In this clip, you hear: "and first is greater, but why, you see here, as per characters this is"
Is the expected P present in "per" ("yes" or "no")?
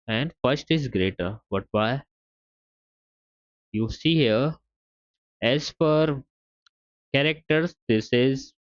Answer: no